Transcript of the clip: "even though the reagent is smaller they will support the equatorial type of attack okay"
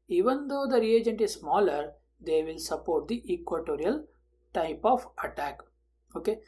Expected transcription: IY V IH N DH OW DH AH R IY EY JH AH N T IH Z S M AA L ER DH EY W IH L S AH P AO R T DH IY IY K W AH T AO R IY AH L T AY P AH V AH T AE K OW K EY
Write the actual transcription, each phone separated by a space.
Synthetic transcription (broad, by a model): IY V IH N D OW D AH R IY EY JH AH N T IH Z S M AA L ER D EY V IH L S AH P AO R T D IY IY K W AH T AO R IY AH L T AY P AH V AH T AE K OW K EY